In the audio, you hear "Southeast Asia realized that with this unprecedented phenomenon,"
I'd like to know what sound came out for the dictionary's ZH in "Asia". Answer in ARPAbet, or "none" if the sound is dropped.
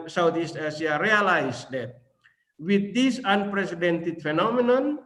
S